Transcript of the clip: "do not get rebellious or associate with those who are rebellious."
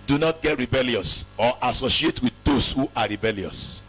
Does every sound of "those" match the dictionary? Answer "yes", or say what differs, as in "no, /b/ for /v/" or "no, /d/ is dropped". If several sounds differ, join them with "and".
no, /s/ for /z/